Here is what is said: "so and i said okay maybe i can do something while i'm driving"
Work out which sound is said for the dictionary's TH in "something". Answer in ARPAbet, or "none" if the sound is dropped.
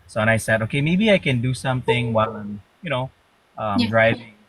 TH